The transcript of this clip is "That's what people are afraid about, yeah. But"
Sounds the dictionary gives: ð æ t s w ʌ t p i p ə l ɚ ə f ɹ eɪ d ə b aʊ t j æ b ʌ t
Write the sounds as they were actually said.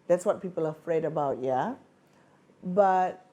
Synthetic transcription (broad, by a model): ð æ t s w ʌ t p i p ə l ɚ ə f ɹ eɪ d ə b aʊ t j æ b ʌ t